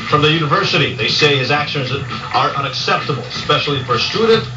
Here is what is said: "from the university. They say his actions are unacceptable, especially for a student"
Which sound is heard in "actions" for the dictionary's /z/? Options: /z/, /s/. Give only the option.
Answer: /z/